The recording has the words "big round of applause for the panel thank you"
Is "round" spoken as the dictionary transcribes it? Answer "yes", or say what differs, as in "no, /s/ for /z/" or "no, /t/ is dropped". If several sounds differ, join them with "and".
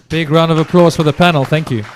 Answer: yes